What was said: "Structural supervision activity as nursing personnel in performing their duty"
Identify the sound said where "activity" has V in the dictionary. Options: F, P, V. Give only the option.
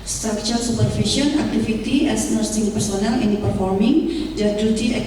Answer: F